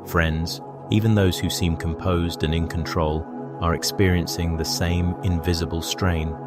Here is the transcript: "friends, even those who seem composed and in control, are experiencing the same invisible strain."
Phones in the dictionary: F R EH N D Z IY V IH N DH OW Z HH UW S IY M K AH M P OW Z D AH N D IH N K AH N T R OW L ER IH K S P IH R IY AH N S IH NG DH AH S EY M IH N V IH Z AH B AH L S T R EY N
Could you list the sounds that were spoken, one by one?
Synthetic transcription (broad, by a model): F R EH N D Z IY V IH N DH OW Z HH UW S IY M K AH M P OW Z D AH N IH N K AH N T R OW L ER IH K S P IH R IY AH N S IH NG DH AH S EY M IH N V IH Z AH B AH L S T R EY N